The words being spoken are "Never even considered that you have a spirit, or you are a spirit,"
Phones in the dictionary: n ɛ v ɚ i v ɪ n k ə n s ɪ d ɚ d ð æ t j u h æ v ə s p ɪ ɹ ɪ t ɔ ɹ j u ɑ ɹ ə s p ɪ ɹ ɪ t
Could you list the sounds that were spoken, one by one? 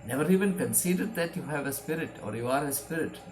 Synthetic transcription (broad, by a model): n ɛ v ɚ i v ɪ n k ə n s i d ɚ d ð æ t j u h æ v ə s p ɪ ɹ ɪ t ɔ ɹ j u ɑ ɹ ə s p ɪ ɹ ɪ t